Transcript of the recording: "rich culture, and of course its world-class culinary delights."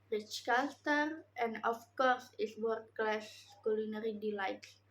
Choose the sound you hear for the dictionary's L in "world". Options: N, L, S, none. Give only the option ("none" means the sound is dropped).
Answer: none